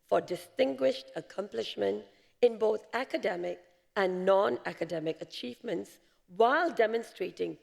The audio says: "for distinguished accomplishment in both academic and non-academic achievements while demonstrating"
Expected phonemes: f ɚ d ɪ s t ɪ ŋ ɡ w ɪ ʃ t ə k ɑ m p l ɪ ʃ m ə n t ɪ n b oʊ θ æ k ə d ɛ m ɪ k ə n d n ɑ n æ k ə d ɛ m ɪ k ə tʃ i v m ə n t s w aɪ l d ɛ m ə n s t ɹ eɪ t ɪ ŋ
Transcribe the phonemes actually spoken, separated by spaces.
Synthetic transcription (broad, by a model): f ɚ d ɪ s t ɪ ŋ ɡ w ɪ ʃ t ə k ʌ m p l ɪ ʃ m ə n t ɪ n b oʊ θ æ k ə d ɛ m ɪ k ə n n ɑ n æ k ə d ɛ m ɪ k ə tʃ i v m ə n t s w aɪ l d ɛ m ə n s t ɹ eɪ t ɪ ŋ